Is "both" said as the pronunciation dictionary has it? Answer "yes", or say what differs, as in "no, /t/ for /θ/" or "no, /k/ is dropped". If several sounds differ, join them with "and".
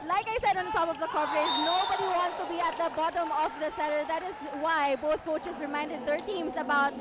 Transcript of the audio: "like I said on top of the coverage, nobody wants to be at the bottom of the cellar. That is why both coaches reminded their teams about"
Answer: no, /t/ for /θ/